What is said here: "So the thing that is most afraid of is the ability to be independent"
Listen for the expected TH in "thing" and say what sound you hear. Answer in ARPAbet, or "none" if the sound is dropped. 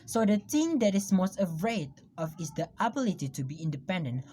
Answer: T